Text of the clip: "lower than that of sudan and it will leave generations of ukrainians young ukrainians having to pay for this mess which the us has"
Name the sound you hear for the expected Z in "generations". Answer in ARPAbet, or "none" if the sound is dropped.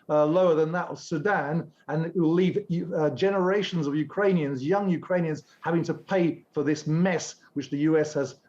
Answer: Z